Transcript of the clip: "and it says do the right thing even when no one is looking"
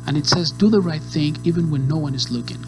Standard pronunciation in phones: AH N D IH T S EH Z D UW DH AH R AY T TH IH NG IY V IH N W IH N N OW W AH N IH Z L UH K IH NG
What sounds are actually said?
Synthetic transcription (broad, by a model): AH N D IH T S EH Z D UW DH AH R AY T TH IH NG IY V IH N W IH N N OW W AH N IH Z L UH K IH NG